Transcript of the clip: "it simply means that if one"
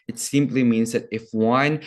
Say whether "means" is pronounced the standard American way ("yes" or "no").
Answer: yes